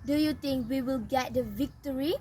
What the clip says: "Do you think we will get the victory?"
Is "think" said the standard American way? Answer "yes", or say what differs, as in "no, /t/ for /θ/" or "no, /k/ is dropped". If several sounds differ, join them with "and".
no, /t/ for /θ/